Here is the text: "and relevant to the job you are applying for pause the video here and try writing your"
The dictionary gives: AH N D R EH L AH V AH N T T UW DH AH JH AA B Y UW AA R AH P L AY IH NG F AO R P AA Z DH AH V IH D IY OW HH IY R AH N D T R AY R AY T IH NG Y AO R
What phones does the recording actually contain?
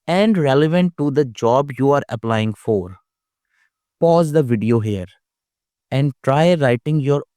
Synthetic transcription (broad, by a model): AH N D R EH L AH V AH N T T UW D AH JH AA B Y UW AA R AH P L AY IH NG F AO R P AA Z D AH V IH D IY OW HH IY R AH N D T R AY R AY T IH NG Y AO R